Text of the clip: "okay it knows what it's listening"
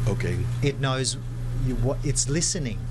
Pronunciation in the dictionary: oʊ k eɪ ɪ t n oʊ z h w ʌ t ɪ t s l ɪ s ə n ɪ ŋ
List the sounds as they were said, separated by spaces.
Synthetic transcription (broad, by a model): oʊ k eɪ ɪ t n oʊ z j w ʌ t ɪ t s l ɪ s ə n ɪ ŋ